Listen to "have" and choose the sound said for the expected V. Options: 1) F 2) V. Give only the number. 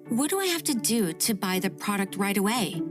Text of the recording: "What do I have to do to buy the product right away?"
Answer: 1